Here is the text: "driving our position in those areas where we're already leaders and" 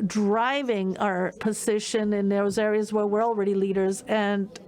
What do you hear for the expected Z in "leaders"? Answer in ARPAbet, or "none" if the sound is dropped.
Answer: Z